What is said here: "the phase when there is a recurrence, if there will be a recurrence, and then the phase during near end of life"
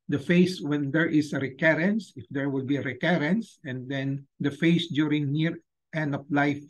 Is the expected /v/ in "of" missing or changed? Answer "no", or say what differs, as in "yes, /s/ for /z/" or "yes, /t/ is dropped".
yes, /p/ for /v/